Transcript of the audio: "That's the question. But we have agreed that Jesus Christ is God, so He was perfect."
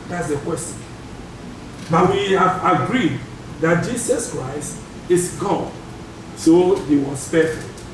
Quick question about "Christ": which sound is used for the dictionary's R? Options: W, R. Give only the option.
R